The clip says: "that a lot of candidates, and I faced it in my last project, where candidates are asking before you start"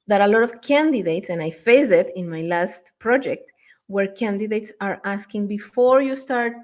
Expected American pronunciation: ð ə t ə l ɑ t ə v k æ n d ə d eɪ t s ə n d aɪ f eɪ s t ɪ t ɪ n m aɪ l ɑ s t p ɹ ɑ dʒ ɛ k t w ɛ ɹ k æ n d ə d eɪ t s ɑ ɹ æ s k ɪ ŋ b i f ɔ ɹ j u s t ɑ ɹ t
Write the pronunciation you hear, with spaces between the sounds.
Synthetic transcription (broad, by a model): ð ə t ə l ɑ t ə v k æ n d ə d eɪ t s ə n aɪ f eɪ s ɪ t ɪ n m aɪ l ɑ s t p ɹ ɑ dʒ ɛ k t w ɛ ɹ k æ n d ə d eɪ t s ɑ ɹ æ s k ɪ ŋ b i f ɔ ɹ j u s t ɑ ɹ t